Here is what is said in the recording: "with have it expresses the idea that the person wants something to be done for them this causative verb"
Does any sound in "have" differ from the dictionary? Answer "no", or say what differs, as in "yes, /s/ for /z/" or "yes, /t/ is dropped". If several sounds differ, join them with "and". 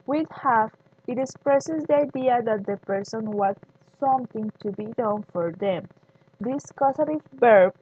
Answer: yes, /f/ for /v/